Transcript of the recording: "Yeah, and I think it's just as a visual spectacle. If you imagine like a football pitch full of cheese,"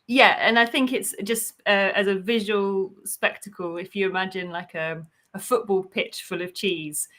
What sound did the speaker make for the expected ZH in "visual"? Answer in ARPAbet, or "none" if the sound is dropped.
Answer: ZH